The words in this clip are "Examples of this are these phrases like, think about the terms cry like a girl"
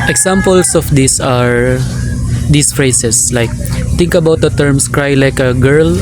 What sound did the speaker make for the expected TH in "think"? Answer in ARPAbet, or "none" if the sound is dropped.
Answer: T